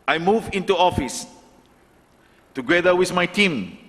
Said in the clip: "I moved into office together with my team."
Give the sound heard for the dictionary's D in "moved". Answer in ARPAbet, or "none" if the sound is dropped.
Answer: none